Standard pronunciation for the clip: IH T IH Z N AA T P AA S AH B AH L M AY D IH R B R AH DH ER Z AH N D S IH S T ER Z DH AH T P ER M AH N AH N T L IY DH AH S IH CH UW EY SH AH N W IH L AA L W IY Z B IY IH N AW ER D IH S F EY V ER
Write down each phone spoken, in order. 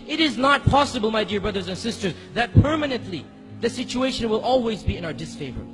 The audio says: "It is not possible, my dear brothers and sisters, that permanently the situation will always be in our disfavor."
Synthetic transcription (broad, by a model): IH T IH Z N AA T P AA S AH B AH L M AY D IH R B R AH DH ER Z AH N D S IH S T ER Z DH AH T P ER M AH N AH N T L IY DH AH S IH CH UW EY SH AH N W IH L AA L W IY Z B IY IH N AW ER D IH S F EY V ER